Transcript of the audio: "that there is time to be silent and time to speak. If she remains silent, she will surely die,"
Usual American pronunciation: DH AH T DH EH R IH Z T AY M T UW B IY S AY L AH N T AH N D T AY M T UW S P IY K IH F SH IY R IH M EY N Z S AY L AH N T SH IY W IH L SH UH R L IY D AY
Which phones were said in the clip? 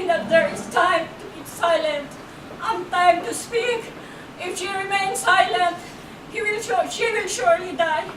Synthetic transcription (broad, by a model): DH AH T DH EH R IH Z T AY M T UW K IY S AY L AH N T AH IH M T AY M T UW S P IY K IH F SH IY R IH M EY N S AY L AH N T SH IY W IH L SH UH R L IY D AY